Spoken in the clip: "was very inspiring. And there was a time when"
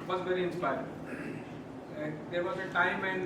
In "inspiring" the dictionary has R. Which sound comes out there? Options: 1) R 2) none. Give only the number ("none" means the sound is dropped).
2